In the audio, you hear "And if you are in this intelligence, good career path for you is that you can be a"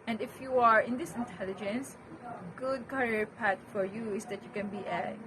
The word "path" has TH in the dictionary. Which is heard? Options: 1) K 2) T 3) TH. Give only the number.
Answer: 2